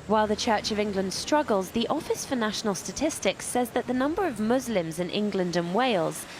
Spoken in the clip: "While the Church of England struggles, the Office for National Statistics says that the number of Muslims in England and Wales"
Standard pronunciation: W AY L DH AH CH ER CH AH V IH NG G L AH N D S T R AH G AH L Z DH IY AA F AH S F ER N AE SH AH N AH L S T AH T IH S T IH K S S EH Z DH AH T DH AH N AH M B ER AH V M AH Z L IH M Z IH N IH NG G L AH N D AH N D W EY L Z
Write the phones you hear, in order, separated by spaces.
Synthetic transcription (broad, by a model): W AY L DH AH CH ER CH AH V IH NG G L AH N D S T R AH G AH L Z DH IY AA F AH S F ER N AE SH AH N AH L S T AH T IH S T IH K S S EH Z DH AH T DH AH N AH M B ER AH V M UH Z L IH M Z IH N IH NG G L AH N D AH N W EY L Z